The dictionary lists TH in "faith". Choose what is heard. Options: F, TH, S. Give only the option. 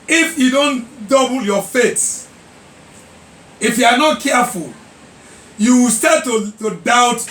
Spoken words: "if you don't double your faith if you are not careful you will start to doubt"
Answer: S